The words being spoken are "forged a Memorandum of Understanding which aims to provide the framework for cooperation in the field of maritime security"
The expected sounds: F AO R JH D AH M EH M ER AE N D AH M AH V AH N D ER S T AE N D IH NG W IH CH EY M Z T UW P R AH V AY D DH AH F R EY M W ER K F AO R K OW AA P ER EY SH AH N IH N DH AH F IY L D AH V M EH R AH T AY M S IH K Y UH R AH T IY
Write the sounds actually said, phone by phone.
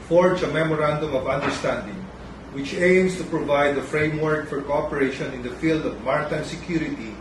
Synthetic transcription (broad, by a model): F AO R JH AH M EH M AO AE N D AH M AH V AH N D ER S T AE N D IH NG W IH CH EY M S T UW P R AH V AY D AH F R EY M W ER K F AO R K OW AA P ER EY SH AH N IH N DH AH F IY L D AH V M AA R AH T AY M S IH K Y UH R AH T IY